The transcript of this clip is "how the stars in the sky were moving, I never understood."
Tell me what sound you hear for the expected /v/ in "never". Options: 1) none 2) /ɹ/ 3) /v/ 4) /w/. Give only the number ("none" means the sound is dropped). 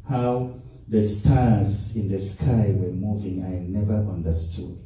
3